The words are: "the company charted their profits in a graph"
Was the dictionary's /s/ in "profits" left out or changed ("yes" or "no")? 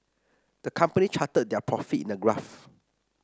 yes